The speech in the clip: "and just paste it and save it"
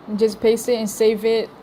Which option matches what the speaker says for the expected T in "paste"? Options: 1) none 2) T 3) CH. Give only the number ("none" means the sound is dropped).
1